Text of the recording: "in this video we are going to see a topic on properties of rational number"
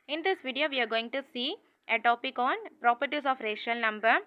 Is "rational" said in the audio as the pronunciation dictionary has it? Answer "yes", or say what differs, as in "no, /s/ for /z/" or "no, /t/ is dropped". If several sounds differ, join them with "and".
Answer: no, /n/ is dropped